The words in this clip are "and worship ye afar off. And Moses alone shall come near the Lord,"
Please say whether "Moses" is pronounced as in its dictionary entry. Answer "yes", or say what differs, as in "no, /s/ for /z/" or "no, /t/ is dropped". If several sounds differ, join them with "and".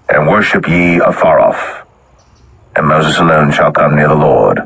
yes